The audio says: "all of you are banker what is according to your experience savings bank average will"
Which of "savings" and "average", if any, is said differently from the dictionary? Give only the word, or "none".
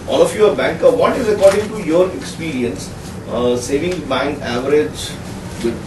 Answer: savings